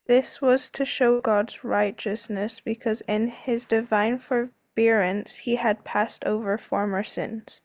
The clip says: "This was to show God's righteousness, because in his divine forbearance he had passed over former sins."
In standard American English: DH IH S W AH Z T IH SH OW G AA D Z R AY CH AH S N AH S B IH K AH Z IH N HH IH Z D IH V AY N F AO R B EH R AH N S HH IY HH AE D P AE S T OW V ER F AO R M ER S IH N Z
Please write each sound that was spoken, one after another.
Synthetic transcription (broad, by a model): DH IH S W AH Z T IH SH OW G AA D Z R AY CH AH S N AH S B IH K AH Z IH N IH Z D IH V AY N F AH R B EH R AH N S HH IY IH D P AE S T OW V ER F AO R M ER S IH N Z